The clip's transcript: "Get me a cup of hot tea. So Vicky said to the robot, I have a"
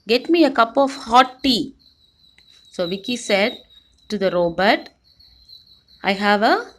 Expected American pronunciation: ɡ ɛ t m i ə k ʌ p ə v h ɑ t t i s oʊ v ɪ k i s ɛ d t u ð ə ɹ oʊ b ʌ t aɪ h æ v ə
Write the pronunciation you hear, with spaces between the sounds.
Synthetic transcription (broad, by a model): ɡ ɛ t m i ə k ʌ p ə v h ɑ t t i s oʊ v ɪ k i s ɛ d t u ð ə ɹ oʊ b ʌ t aɪ h æ v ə